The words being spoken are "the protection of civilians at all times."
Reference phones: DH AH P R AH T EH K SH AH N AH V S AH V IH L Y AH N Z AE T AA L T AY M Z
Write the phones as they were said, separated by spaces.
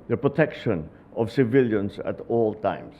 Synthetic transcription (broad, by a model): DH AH P R AH T EH K SH AH N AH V S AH V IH L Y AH N S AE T AA L T AY M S